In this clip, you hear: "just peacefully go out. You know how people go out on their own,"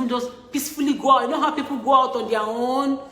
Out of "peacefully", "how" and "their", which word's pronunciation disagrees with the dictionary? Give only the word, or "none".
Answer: their